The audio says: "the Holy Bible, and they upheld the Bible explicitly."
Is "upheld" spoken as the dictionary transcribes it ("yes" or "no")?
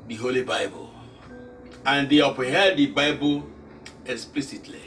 no